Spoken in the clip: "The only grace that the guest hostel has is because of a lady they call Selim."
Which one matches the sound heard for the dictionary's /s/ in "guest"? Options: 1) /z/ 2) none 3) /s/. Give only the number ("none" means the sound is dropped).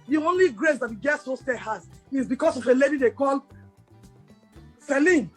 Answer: 2